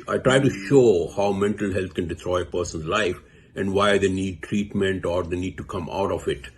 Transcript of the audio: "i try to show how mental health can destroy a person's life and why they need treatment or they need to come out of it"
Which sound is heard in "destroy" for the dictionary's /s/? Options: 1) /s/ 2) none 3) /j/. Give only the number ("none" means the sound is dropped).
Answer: 2